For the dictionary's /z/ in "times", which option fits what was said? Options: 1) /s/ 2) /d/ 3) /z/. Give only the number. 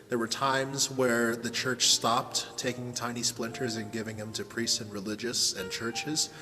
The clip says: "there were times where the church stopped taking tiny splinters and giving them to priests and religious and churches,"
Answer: 3